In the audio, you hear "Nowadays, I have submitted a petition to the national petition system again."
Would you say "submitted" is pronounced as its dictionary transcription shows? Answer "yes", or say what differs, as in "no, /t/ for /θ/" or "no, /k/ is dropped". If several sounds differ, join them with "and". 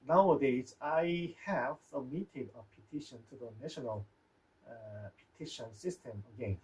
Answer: no, /b/ is dropped